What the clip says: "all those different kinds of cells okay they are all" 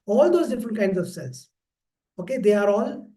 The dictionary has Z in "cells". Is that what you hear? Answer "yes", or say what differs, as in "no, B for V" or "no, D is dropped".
no, S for Z